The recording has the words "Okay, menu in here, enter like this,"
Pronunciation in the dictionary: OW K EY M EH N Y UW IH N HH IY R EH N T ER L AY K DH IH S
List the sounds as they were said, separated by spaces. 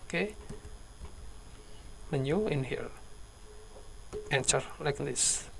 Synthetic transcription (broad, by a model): K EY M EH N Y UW IH N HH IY L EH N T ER L AY K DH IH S